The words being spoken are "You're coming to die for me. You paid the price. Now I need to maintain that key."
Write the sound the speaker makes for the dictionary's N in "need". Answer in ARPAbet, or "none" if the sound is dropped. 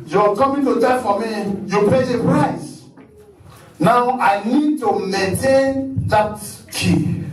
N